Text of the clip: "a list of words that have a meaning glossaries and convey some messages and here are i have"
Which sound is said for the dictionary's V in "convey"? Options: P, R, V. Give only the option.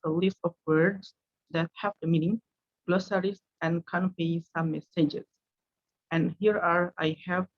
P